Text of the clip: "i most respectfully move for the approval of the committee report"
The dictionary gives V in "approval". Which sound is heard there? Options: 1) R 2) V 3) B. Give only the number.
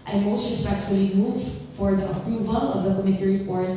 2